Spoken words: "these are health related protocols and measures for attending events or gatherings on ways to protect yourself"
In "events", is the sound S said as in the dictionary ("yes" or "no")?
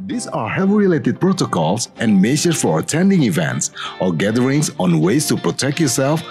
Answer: yes